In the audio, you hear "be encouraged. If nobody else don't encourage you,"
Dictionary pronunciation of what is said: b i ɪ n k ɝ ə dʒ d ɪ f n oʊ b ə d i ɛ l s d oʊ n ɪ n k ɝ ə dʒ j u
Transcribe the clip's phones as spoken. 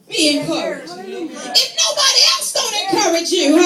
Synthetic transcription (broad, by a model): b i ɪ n k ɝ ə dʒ ɪ f n oʊ b ə d i ɛ l s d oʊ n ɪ n k ɝ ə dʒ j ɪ